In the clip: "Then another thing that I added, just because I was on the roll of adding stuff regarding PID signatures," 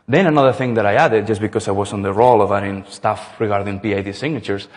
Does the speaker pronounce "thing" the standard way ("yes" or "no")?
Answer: yes